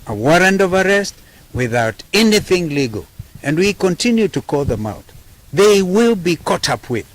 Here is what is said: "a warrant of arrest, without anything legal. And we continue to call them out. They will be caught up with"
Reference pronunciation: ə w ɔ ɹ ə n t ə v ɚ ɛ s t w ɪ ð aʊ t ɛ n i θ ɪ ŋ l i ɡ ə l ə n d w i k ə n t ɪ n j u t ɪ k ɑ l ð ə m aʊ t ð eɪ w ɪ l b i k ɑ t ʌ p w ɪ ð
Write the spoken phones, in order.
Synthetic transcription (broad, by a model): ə w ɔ ɹ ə n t ə v ɚ ɛ s t w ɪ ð aʊ t ɛ n i θ ɪ ŋ l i ɡ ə l ə n d w i k ə n t ɪ n j u t ɪ k ɑ l ð ə m aʊ t ð eɪ w ɪ l b i k ɑ t ʌ p w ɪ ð